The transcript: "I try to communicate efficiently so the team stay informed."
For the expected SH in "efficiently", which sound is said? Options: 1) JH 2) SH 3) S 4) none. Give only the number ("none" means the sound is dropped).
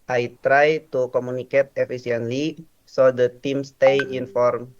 3